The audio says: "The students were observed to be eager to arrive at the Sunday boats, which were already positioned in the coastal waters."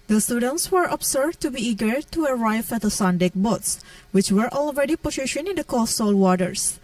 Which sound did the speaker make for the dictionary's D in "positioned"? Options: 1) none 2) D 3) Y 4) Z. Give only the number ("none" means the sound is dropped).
1